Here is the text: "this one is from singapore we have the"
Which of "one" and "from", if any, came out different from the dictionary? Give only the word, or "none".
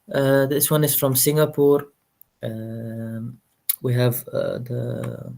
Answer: none